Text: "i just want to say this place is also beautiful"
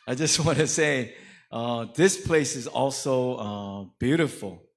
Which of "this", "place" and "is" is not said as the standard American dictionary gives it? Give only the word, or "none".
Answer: none